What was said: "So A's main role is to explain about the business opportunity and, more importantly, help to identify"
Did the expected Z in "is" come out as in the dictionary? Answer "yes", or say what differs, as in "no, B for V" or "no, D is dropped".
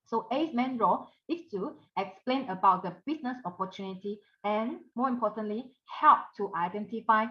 no, S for Z